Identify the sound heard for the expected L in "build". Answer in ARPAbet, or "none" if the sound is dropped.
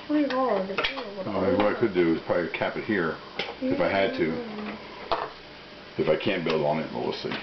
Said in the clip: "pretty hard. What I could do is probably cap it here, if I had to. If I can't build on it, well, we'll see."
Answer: L